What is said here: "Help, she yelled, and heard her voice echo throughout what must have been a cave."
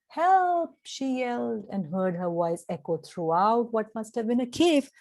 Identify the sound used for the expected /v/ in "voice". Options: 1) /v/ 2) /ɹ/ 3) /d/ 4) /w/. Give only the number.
4